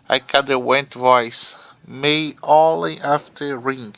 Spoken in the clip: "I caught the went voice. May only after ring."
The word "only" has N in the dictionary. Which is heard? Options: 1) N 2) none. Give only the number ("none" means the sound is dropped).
2